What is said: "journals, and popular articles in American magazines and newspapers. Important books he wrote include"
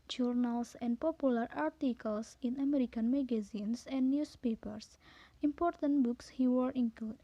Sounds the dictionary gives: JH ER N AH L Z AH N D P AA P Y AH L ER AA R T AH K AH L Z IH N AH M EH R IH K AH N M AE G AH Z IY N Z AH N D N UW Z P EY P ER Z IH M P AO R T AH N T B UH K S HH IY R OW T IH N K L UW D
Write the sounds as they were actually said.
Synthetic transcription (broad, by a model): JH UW N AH L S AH N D P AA P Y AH L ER AA R T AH K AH L S IH N AH M EH R IH K AH N M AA G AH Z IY N S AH N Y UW S P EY P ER S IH M P AO R T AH N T B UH K S HH IY W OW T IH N K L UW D